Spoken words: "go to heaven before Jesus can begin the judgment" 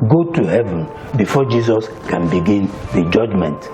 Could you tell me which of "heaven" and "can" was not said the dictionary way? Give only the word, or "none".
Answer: none